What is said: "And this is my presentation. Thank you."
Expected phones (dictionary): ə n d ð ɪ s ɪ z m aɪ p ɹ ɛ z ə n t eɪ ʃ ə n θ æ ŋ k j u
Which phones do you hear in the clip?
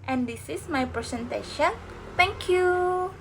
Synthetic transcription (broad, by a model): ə n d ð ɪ s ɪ s m aɪ p ɹ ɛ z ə n t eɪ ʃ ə n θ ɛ ŋ k j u